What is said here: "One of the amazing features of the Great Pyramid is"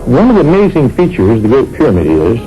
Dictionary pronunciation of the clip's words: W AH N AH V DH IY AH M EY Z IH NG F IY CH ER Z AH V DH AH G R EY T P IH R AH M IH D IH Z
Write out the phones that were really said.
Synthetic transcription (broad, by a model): W AH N AH V DH IY AH M EY Z IH NG F IY CH ER Z DH AH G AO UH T P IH R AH M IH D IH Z